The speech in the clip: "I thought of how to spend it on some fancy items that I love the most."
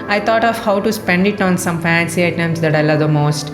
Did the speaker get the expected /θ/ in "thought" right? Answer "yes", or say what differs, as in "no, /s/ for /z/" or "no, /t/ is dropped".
no, /t/ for /θ/